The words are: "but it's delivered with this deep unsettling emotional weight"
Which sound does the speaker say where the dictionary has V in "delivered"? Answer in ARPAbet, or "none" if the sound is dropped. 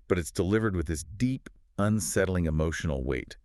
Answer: V